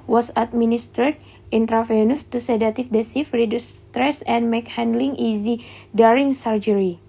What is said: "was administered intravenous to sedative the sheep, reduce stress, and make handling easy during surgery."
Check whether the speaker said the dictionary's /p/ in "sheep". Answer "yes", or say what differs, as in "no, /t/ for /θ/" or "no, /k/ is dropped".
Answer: no, /f/ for /p/